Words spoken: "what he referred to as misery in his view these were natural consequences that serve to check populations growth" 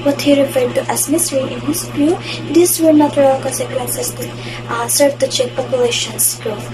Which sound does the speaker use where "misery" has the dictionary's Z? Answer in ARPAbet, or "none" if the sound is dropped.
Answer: S